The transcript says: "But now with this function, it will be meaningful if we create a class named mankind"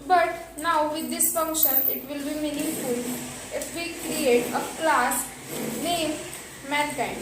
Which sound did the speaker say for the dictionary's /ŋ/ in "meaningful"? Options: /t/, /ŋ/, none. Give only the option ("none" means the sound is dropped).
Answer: none